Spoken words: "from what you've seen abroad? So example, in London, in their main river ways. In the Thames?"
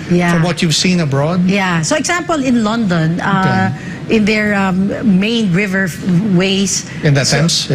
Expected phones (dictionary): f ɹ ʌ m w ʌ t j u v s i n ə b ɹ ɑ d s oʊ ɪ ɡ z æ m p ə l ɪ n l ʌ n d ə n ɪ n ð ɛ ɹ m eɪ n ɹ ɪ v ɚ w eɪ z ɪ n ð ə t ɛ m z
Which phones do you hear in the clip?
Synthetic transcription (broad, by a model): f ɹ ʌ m w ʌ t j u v s i n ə b ɹ ɑ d s oʊ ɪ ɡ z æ m p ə l ɪ n l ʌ n d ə n ɪ n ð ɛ ɹ m eɪ n ɹ ɪ v ɚ w eɪ s ɪ n ð ə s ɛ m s